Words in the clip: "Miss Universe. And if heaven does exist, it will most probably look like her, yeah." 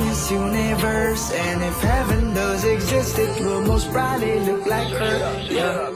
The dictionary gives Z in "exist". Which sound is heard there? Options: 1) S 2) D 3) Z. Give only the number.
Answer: 3